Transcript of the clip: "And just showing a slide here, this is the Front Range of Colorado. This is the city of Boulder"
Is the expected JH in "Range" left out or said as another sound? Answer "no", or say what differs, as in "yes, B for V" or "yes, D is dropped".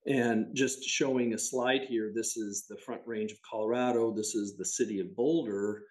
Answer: no